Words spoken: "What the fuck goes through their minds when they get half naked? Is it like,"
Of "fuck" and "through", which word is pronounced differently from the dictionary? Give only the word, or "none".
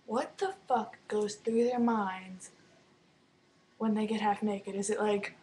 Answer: none